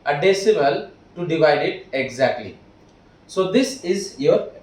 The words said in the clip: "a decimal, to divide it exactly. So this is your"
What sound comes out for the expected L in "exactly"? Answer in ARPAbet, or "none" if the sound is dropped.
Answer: L